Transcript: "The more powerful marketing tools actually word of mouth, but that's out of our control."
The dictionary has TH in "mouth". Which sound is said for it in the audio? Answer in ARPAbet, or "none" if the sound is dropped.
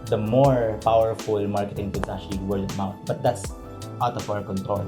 T